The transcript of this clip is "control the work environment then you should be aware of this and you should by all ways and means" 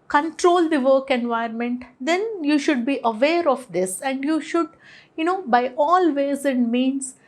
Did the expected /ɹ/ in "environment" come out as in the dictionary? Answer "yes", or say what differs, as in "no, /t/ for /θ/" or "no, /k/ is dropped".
no, /ɹ/ is dropped